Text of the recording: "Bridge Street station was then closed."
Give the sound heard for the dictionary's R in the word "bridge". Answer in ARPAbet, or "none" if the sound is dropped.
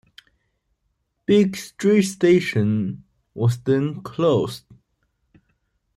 none